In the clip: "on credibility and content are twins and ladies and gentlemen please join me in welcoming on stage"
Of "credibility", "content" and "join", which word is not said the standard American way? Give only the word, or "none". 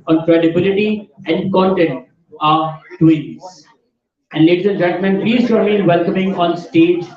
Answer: join